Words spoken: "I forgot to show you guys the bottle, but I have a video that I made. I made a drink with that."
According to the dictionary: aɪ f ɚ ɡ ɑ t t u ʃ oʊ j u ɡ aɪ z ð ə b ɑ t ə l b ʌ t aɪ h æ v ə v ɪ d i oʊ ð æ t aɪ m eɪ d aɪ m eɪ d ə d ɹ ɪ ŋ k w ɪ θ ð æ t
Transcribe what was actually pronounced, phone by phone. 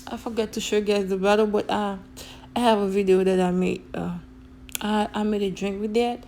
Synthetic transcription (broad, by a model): aɪ f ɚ ɡ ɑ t t u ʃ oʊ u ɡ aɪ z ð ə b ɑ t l b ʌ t aɪ h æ v ə v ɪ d i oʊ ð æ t aɪ m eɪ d aɪ m eɪ d ə d ɹ ɪ ŋ k w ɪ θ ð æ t